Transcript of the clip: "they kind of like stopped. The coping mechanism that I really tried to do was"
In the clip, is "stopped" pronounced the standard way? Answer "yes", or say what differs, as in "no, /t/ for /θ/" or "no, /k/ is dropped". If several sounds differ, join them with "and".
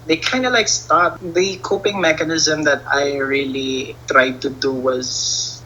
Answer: no, /p/ is dropped